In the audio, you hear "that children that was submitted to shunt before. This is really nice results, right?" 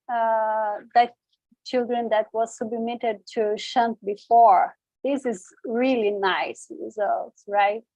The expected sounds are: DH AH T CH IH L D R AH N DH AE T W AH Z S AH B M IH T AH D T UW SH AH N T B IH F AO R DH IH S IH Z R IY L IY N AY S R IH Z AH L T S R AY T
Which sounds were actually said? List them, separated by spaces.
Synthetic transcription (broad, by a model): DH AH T CH IH L D R AH N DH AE T W AH Z S AH B M IH T AH D T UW SH AH N T B IH F AO R DH IH S IH Z R IY L IY N AY S R IH Z AH L T S R AY T